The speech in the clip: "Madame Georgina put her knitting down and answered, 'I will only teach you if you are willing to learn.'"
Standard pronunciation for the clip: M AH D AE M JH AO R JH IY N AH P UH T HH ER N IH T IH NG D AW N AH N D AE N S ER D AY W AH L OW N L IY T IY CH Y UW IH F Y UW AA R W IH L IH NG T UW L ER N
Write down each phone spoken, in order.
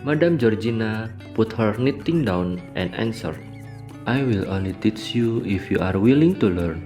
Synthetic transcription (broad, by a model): M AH D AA M JH AO R JH IY N AH P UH T HH ER N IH T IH NG D AW N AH N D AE N S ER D AY W AH L OW N L IY T IY CH Y UW IH F Y UW AA R W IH L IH NG T UW L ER N